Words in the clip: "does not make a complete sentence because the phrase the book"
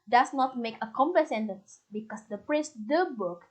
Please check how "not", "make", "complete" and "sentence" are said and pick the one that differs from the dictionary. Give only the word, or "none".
complete